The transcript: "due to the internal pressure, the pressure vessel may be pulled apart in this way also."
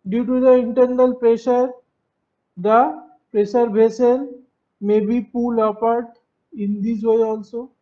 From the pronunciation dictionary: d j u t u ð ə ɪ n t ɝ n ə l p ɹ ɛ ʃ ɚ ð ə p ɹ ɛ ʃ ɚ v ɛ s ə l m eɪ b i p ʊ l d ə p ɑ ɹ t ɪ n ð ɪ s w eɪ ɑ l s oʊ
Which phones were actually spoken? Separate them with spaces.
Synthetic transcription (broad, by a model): d j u t u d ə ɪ n t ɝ n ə l p ɹ ɛ ʃ ɚ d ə p ɹ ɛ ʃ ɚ b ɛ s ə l m eɪ b i p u l ə p ɑ ɹ t ɪ n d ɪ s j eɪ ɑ l s oʊ